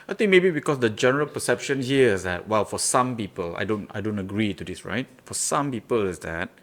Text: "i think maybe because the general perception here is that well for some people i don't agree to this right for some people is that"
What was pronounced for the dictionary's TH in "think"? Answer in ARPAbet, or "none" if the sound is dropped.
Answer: T